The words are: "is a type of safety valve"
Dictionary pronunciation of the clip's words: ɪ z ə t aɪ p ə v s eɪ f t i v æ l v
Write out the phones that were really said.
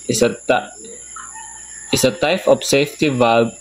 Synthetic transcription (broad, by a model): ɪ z ə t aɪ f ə p s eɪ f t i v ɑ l